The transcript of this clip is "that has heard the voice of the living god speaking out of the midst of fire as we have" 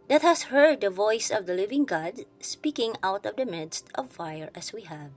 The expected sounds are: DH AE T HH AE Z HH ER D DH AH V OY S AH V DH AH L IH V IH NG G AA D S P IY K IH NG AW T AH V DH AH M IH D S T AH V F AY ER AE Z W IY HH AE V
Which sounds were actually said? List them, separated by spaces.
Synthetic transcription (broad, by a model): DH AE T HH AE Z HH ER D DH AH V OY S AH V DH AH L IH V IH NG G AA D S P IY K IH NG AW T AH V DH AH M IH D S T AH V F AY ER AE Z W IY HH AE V